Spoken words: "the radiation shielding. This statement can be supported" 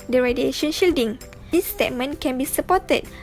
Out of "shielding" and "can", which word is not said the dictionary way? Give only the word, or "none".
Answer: none